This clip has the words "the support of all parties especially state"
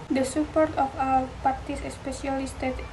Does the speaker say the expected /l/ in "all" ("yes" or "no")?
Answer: no